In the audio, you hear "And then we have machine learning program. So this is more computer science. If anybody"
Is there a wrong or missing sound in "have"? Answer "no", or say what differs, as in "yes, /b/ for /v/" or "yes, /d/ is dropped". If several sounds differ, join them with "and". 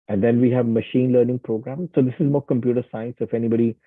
no